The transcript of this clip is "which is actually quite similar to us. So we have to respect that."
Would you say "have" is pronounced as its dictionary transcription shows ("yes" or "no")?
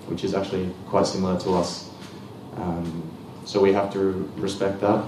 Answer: no